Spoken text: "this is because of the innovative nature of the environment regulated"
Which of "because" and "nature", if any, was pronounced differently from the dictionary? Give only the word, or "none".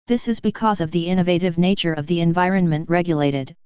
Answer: none